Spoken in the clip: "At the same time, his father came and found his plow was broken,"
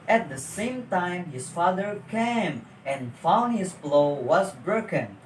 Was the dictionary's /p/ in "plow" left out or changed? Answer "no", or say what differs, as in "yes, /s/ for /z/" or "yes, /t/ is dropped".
yes, /b/ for /p/